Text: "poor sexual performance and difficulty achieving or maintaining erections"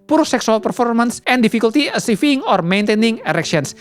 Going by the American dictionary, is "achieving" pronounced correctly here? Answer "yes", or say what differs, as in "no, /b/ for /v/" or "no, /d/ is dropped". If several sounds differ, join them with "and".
no, /s/ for /tʃ/ and /f/ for /v/